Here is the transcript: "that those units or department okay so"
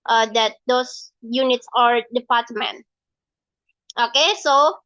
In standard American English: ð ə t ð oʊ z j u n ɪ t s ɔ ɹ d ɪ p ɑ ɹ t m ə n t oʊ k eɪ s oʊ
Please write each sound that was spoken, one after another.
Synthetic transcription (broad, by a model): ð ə t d oʊ s j u n ɪ t s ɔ ɹ d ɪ p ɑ ɹ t m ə n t oʊ k eɪ s oʊ